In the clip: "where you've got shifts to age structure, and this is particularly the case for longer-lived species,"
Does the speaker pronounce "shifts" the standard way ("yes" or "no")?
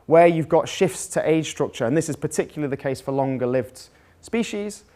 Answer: yes